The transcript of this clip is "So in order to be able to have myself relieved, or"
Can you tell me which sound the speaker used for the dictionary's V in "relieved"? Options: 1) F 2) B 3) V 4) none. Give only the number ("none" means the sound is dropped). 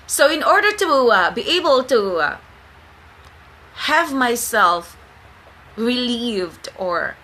3